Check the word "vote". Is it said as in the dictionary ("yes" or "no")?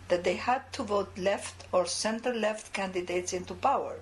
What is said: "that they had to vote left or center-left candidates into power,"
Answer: yes